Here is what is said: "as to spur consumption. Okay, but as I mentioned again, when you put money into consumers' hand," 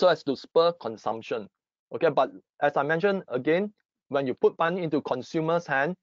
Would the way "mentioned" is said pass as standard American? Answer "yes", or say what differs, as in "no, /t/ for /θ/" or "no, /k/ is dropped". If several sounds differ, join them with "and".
no, /d/ is dropped